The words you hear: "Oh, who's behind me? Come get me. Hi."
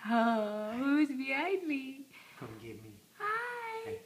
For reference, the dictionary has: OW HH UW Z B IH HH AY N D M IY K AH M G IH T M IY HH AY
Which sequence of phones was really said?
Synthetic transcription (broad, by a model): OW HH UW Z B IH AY D M IY K AH M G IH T M IY HH AY